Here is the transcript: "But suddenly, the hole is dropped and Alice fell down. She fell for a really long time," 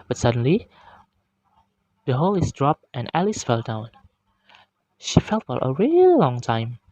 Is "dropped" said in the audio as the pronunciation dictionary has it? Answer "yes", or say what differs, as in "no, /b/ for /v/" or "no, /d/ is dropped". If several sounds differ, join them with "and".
yes